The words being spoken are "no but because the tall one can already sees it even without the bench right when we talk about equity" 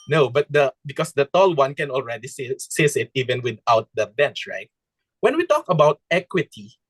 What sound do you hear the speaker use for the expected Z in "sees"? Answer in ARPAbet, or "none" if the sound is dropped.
S